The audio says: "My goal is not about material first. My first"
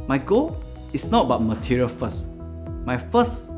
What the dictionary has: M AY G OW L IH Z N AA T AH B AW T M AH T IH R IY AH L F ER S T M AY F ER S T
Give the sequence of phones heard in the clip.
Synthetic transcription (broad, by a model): M AY G OW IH S N AA T B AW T M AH T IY R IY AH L F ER S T M AY F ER S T